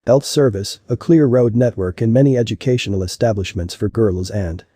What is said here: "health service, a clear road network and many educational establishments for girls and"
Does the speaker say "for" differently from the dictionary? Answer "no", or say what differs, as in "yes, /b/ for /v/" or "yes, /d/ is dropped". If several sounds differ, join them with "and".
no